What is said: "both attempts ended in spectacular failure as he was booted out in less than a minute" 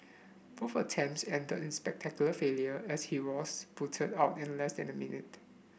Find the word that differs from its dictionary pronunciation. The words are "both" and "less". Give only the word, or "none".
both